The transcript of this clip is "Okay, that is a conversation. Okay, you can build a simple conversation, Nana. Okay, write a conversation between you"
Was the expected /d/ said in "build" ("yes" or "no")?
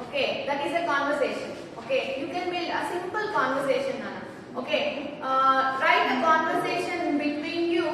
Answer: no